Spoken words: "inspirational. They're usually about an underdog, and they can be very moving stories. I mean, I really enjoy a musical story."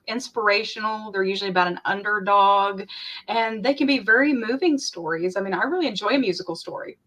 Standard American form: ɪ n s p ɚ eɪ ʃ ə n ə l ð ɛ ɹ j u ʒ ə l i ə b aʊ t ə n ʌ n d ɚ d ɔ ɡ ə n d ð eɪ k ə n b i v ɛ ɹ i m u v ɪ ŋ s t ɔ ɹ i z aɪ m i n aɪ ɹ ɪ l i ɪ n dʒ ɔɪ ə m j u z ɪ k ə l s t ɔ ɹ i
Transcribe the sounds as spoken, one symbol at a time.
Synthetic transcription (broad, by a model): ɪ n s p ɚ eɪ ʃ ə n l ð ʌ ɹ j u ʒ l i ə b aʊ t ə n ʌ n d ɚ d ɔ ɡ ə n ð eɪ k ə n b i v ɛ ɹ i m u v ɪ ŋ s t ɔ ɹ i z aɪ m i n aɪ ɹ ɪ l i ɪ n dʒ ɔɪ ə m j u z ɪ k l s t ɔ ɹ i